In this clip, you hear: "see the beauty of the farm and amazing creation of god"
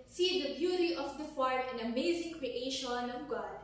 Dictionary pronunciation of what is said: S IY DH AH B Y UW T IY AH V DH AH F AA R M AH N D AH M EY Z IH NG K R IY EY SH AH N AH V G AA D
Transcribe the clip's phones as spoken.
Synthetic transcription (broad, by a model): S IY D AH B Y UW T IY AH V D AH F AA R AH N AH M EY Z IH NG K R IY EY SH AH N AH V G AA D